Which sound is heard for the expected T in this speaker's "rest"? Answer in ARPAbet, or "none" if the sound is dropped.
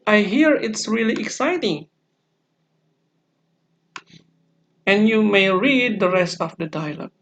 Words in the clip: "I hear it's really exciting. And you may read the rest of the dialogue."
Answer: T